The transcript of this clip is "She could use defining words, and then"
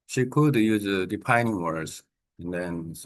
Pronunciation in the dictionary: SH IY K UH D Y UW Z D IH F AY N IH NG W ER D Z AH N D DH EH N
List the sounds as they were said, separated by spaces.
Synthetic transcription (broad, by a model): SH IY K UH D Y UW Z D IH P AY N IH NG W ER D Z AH N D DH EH N